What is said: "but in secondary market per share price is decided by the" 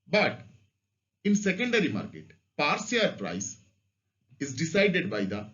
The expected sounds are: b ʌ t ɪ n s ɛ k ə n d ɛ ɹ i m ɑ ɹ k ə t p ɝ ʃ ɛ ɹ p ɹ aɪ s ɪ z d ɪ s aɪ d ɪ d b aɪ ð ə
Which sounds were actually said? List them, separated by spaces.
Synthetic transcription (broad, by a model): b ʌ t ɪ n s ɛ k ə n d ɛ ɹ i m ɑ ɹ k ə t p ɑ s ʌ ɹ p ɹ aɪ s ɪ z d ɪ s aɪ d ɪ d b aɪ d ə